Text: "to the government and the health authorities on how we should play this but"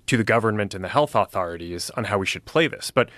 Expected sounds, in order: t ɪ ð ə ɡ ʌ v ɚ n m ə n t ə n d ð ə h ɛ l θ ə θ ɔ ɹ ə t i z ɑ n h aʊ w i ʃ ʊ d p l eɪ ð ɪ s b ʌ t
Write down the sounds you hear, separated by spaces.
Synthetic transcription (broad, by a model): t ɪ ð ə ɡ ʌ v ɚ n m ə n t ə n ð ə h ɛ l θ ə θ ɔ ɹ ə t i z n h aʊ w i ʃ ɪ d p l eɪ ð ɪ s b ʌ t